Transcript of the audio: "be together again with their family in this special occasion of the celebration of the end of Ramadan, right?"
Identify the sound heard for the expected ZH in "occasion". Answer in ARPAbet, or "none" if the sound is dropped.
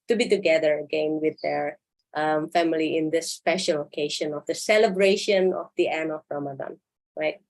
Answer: SH